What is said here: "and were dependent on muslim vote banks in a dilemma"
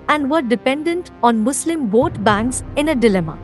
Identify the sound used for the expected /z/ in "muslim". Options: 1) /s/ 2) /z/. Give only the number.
1